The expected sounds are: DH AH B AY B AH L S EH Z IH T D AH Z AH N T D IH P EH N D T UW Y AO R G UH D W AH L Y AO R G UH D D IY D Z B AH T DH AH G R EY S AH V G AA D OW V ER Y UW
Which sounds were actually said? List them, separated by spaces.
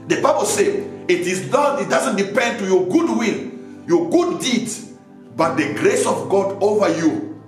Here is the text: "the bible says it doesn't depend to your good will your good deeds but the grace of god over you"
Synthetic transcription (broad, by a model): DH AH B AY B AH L S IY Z IH T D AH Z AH N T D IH P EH N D T UW Y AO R G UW D W AH L Y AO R G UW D D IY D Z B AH T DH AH G R EY S AH V G AA D OW V ER Y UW